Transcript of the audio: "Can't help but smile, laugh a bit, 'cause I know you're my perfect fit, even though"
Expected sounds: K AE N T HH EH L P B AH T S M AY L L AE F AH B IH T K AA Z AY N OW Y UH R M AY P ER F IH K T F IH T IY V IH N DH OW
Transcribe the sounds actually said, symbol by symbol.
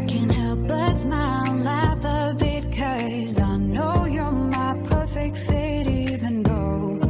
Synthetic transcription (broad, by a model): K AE N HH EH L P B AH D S M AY N L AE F AH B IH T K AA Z AY N OW Y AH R M AY P ER F IH K T F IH T IY V IH N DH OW